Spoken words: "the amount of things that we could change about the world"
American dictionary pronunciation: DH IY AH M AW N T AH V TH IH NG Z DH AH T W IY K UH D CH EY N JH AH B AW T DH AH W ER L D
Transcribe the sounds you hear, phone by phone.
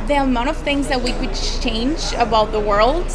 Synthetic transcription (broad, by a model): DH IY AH M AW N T AH V TH IH NG Z DH AH T W IY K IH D CH EY N JH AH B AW DH AH W ER L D